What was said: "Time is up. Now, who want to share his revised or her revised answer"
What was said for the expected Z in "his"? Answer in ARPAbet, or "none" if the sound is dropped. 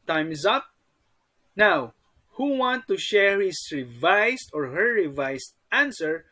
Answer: S